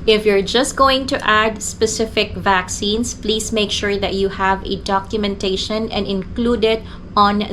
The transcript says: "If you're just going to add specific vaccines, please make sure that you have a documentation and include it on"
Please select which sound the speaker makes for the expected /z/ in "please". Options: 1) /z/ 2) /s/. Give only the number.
2